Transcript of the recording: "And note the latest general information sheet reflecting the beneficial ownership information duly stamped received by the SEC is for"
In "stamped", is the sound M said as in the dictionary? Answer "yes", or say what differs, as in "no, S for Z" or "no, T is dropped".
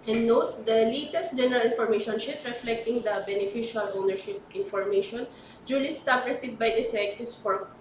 no, M is dropped